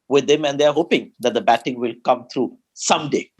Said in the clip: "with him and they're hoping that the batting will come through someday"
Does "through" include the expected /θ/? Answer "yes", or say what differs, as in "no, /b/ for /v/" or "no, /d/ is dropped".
no, /t/ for /θ/